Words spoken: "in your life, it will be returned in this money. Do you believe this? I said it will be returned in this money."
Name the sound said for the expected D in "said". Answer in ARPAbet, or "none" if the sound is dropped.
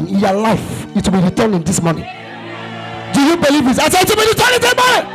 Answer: none